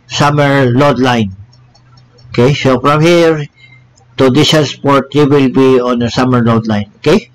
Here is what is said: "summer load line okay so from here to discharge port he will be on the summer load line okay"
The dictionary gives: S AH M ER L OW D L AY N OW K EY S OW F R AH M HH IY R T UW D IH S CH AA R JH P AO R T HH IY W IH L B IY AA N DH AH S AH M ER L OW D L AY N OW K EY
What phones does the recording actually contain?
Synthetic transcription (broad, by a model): S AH M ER L OW D L AY N OW K EY S OW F R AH M HH IY R T UW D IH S AA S P AO R T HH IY W IH L B IY AA N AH S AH M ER L OW D L AY N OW K EY